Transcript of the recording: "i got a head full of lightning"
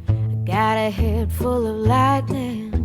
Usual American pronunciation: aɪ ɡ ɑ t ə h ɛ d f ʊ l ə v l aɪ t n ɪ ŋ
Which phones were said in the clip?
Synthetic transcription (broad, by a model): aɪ ɡ ɑ t ə h ɛ d f ʊ l ə v l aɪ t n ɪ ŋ